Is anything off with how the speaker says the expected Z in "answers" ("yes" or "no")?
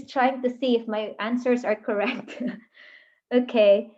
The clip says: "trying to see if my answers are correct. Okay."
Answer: no